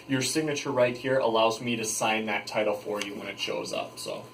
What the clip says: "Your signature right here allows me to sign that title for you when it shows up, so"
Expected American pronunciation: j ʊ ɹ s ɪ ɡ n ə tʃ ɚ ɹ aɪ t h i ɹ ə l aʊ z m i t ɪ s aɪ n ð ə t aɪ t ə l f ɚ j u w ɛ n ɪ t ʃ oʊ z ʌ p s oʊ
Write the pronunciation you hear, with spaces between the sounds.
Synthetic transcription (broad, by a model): j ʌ ɹ s ɪ ɡ n ə tʃ ɚ ɹ aɪ t h i ɹ ə l aʊ z m i t ɪ s aɪ n ð ə t aɪ t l f ɚ j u w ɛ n ɪ t ʃ oʊ z ʌ p s oʊ